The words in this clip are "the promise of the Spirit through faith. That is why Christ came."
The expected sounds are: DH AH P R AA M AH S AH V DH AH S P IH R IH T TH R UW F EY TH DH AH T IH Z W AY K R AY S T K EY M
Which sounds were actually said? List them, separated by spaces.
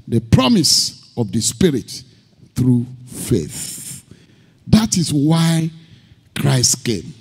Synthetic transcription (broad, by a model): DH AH P R AA M AH S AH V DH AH S P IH R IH T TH R UW F EY TH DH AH T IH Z W AY K R AY S T K EY M